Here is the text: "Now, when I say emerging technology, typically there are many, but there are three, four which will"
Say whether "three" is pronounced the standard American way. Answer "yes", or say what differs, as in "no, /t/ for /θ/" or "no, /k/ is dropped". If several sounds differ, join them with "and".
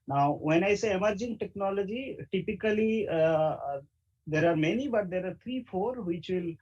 no, /t/ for /θ/